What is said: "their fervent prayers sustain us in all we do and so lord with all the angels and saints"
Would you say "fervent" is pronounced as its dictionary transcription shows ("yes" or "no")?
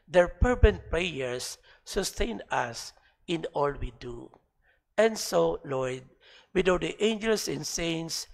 no